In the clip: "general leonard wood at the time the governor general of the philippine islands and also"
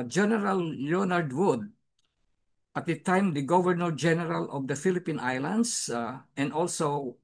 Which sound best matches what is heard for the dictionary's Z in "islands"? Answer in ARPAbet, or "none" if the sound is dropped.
S